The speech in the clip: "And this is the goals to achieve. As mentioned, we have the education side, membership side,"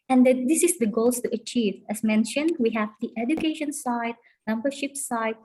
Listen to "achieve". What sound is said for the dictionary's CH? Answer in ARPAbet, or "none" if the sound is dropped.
CH